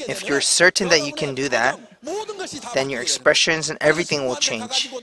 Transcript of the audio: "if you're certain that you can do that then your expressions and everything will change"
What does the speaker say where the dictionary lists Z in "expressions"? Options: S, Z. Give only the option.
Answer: Z